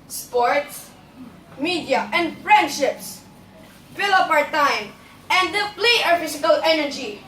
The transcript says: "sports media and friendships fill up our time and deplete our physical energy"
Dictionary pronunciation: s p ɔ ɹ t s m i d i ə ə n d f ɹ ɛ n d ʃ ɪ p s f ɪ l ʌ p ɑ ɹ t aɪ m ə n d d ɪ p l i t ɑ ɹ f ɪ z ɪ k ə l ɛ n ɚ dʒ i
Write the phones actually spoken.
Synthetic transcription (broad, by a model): s p ɔ ɹ t s m i d i ə ə n d f ɹ ɛ n d ʃ ɪ p s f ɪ l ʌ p ɑ ɹ t aɪ m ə n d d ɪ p l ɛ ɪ ɑ ɹ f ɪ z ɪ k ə l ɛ n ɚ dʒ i